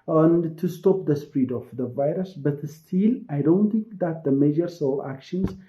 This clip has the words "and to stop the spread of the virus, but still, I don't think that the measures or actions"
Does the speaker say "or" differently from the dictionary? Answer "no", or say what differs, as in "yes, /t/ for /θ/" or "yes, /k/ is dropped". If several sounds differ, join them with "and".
yes, /l/ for /ɹ/